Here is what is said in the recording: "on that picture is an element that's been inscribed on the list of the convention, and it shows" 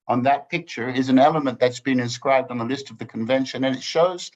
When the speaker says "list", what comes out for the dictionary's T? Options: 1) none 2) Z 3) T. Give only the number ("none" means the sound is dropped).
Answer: 3